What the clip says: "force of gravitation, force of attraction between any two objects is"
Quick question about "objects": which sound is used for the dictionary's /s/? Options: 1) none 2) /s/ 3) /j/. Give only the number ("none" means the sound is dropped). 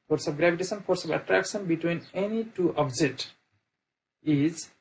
1